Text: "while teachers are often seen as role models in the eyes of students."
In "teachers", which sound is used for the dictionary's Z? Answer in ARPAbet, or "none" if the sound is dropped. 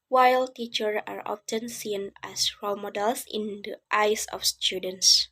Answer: none